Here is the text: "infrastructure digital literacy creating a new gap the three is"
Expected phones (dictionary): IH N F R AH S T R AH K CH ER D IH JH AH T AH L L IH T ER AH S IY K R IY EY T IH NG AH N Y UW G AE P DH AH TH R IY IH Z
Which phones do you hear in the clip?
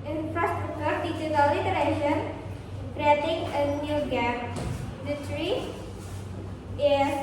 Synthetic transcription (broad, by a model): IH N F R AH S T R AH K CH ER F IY CH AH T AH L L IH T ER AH SH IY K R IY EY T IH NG AH N Y UW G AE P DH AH T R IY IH